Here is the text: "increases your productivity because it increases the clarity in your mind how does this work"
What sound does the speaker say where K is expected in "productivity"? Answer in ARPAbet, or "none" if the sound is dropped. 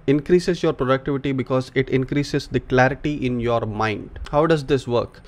K